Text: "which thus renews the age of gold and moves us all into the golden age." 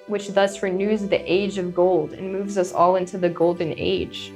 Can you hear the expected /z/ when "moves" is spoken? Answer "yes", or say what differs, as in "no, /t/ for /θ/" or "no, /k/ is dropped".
yes